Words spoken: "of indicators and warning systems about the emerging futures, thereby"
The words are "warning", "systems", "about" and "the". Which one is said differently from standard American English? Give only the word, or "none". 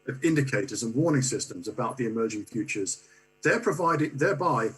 none